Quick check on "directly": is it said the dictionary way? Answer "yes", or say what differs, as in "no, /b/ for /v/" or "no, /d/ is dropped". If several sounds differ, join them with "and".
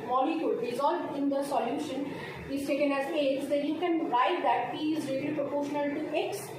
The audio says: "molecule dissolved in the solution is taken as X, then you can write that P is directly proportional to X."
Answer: no, /ɹ/ is dropped and /k/ is dropped